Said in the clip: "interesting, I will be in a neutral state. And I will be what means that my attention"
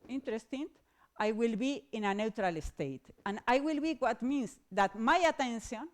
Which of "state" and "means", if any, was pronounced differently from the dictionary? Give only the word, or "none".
means